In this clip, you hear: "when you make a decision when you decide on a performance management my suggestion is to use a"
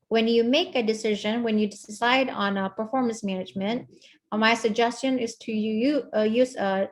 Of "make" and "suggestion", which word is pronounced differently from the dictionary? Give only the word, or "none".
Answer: none